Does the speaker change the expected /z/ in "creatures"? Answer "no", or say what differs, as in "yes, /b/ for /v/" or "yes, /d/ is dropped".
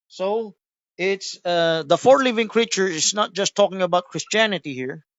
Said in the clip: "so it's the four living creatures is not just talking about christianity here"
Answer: yes, /z/ is dropped